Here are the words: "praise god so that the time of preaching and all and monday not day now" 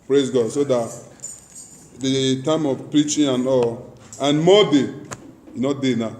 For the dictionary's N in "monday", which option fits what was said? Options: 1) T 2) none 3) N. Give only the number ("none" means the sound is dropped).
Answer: 2